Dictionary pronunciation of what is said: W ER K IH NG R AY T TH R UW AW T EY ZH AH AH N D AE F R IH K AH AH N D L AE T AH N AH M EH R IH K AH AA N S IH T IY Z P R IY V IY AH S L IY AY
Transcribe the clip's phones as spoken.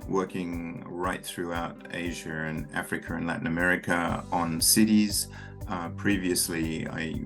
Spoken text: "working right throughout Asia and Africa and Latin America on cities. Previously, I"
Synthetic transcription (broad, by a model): W ER K IH NG R AY T TH R UW AW T EY ZH AH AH N AE F R IH K AH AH N L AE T N AH M EH R IH K AH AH N S IH T IY Z P R IY V IY AH S L IY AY